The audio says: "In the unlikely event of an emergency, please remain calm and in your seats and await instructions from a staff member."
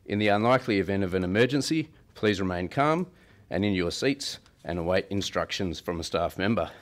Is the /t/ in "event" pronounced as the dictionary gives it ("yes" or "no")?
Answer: yes